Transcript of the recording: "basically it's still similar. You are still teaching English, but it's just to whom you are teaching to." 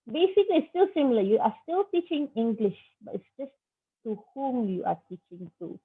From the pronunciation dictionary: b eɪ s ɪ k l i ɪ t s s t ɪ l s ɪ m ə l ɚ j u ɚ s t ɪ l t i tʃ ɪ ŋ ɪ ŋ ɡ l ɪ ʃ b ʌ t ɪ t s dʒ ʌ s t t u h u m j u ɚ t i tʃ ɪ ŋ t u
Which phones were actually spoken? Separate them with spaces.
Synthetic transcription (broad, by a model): b eɪ s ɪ k l i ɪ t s s t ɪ l s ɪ m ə l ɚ j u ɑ s t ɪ l t i tʃ ɪ ŋ ɪ ŋ ɡ l ɪ ʃ b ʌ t ɪ t s dʒ ʌ s t t u h u m j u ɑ t i tʃ ɪ ŋ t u